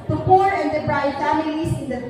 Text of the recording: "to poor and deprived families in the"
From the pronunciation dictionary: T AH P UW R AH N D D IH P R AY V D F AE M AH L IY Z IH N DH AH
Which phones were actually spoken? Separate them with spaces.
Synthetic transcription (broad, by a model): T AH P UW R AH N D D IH B R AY D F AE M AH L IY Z IH N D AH